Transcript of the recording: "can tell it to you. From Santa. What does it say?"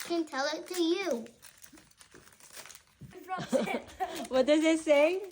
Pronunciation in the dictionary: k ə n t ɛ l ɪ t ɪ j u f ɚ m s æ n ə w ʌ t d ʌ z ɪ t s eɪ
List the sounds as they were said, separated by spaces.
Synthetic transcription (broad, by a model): k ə n t ɛ l ɪ t ɪ j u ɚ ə w ʌ t d ʌ z ɪ t s eɪ